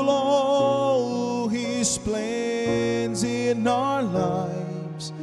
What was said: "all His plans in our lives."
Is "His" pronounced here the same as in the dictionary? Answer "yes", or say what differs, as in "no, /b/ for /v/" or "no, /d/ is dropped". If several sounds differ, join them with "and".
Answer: no, /s/ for /z/